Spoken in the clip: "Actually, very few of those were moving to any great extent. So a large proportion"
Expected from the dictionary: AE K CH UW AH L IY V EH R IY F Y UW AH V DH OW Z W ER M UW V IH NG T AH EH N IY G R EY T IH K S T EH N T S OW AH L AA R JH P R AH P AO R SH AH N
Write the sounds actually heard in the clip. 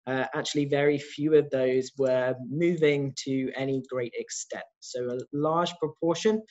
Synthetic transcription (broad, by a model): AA K CH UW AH L IY V EH R IY F Y UW AH V DH OW Z W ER M UW V IH NG T AH EH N IY G R EY T IH K S T EH N T S OW AH L AA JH P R AH P AO SH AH N